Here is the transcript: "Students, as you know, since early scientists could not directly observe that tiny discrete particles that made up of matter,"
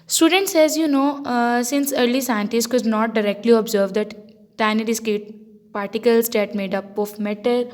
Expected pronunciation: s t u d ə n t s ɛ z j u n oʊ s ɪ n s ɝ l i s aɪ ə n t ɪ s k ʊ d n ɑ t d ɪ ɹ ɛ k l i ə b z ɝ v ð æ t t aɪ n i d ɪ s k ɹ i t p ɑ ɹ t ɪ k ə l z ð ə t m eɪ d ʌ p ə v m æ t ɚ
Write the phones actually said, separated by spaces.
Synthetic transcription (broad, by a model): s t u d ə n t s ɛ z j u n oʊ s ɪ n s ɝ l i s aɪ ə n t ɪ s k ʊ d n ɑ t d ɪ ɹ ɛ k l i ə b z ɝ v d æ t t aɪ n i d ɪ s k i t p ɑ ɹ t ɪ k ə l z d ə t m eɪ d ʌ p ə f m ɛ t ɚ